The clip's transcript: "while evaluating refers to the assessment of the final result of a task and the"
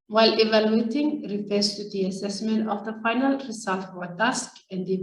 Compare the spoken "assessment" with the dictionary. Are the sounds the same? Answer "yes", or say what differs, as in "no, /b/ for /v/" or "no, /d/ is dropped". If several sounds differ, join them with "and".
yes